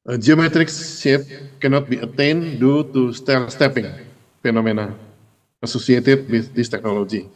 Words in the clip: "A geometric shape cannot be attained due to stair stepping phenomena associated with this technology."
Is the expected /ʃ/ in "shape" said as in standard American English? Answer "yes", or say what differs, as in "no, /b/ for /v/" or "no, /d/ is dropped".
no, /s/ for /ʃ/